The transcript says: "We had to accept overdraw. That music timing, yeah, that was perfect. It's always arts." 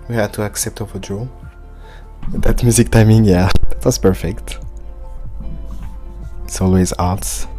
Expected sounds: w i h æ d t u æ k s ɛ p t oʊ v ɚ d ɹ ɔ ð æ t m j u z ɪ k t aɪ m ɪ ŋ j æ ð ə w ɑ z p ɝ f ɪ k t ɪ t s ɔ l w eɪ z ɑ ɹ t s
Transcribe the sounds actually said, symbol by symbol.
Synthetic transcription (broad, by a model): w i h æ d t u æ k s ɛ p t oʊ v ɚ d ɹ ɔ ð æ t m j u z ɪ k t aɪ m ɪ ŋ j æ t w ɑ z p ɝ f ɪ k t ɪ t s ɔ l w eɪ z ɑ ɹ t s